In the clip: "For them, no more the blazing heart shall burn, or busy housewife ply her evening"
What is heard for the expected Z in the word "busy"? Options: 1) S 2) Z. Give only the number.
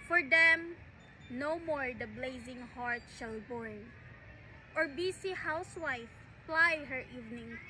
1